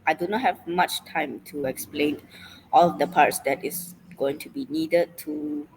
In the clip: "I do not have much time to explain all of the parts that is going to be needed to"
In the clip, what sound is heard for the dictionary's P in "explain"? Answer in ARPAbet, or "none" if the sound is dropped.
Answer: P